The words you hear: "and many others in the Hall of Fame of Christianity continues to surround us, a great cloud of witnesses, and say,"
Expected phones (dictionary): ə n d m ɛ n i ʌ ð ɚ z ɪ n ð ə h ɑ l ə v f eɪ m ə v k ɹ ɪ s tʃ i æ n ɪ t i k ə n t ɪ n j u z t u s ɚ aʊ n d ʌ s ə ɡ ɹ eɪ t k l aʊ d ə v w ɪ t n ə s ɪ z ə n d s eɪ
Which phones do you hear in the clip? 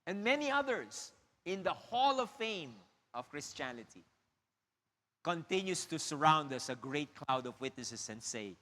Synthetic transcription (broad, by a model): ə n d m ɛ n i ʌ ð ɚ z ɪ n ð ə h ɑ l ə v f eɪ m ə v k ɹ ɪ s tʃ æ n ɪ t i k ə n t ɪ n j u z t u s ɚ aʊ n d ʌ s ə ɡ ɹ eɪ t k l aʊ d ə v w ɪ t n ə s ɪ s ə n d s eɪ